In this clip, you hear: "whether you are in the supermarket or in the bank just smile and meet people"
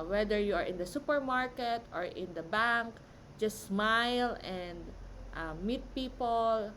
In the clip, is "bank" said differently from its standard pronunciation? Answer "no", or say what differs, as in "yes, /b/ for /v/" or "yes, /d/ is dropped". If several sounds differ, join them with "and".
no